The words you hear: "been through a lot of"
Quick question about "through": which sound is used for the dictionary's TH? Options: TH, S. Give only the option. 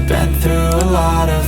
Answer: TH